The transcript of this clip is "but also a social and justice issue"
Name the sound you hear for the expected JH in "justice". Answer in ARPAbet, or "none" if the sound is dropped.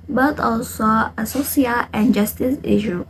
JH